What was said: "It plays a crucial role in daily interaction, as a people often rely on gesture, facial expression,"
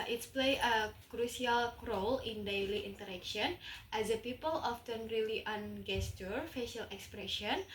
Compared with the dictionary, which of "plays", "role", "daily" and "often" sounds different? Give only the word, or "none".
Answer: plays